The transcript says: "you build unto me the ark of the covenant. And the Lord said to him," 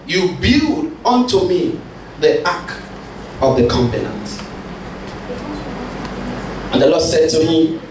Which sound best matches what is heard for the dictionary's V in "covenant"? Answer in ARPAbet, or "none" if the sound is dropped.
P